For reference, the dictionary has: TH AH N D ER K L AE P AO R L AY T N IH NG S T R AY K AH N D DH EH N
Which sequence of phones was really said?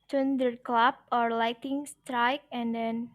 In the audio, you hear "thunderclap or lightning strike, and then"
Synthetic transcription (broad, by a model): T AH N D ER K L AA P AO R L AY T IH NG S T R AY K AH N D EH N